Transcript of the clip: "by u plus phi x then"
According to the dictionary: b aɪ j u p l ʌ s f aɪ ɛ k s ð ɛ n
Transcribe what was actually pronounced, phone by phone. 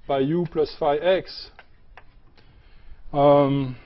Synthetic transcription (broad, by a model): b aɪ j u p l ʌ s f aɪ ɛ k s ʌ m